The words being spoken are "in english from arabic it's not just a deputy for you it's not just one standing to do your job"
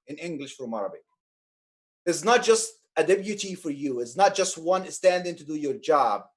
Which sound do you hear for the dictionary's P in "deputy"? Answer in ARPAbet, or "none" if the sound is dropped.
B